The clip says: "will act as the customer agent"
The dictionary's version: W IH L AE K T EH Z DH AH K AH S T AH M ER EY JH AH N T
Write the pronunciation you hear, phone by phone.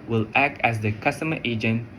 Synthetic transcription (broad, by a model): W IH L AE K T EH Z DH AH K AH S T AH M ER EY JH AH N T